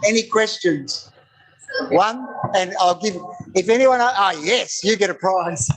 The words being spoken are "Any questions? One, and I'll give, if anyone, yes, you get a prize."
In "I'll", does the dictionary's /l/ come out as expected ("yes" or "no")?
yes